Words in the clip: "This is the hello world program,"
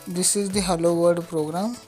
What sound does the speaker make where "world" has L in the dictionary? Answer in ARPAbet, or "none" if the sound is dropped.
none